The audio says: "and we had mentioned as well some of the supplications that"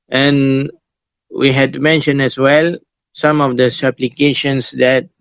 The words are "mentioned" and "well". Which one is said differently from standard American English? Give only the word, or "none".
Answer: mentioned